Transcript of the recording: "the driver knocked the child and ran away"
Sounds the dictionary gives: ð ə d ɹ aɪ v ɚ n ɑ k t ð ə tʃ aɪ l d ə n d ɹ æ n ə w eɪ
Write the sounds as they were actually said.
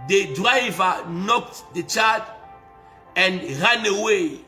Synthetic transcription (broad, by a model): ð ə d ɹ aɪ v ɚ n ɑ k t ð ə tʃ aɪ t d ə n d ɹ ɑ n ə w eɪ